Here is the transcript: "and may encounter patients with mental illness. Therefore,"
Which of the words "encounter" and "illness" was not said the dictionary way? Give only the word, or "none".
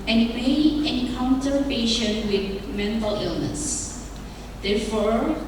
encounter